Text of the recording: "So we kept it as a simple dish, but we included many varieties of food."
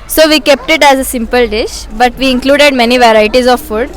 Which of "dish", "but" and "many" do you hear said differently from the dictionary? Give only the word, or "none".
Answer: none